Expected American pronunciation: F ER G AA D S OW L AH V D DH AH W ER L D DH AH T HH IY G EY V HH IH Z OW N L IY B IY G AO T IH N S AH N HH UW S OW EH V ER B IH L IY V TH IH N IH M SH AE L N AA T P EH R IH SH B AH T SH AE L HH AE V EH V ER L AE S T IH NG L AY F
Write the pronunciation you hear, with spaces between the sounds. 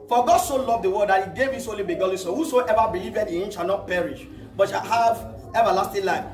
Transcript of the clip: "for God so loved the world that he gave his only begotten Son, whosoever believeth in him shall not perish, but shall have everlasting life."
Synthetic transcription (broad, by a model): F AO G AA D S OW L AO V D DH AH W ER D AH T HH IY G EY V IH S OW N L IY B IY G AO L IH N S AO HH UW S OW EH V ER B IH L IY V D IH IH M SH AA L N AA T P EH R IH SH B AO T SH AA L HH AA V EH V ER L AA S T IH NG L AY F